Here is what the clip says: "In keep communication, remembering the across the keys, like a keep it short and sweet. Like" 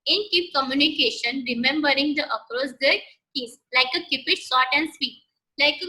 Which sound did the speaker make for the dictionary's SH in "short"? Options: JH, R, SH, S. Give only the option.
S